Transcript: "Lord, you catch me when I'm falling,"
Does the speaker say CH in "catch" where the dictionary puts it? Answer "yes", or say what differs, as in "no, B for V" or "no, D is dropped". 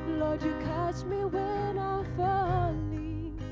no, S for CH